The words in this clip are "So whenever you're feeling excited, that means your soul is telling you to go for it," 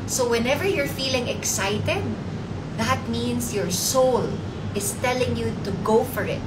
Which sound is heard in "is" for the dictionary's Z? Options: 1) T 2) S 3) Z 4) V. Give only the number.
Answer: 2